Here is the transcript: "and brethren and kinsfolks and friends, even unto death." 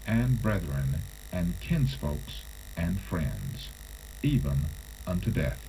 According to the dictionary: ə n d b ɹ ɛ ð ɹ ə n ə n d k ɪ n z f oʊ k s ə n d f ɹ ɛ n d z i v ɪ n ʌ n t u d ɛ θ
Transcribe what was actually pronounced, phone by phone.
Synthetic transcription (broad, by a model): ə n b ɹ ɛ ð ɹ ə n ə n k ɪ n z f oʊ k s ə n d f ɹ ɛ n d z i v ɪ n ʌ n t u d ɛ θ